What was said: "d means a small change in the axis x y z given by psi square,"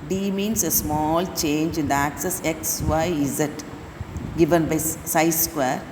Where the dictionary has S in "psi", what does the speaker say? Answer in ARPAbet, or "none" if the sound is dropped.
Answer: S